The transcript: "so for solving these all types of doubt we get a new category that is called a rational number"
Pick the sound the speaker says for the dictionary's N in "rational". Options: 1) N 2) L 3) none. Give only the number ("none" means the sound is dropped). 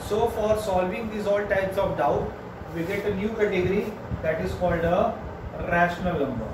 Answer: 1